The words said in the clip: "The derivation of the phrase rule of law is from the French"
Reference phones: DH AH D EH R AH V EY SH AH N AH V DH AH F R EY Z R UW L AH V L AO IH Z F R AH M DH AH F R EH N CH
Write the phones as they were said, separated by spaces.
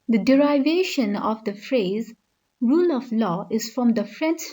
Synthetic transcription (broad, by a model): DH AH D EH R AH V EY SH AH N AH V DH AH F R EY Z R UW L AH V L AO IH Z F R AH M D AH F R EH N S